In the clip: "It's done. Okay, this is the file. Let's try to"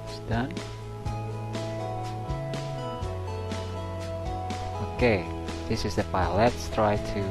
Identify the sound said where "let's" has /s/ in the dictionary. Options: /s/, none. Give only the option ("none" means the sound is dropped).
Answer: /s/